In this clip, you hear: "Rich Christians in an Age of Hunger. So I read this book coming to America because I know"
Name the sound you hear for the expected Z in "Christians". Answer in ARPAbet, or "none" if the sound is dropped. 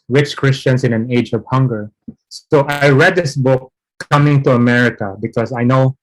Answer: S